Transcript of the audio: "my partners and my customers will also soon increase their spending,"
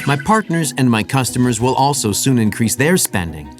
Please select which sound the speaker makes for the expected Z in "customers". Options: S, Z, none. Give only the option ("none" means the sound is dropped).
Z